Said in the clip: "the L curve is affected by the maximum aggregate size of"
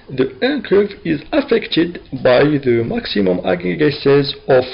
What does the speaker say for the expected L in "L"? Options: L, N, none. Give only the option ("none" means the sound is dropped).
N